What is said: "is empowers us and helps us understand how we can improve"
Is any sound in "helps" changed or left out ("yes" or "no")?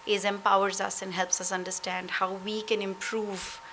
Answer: no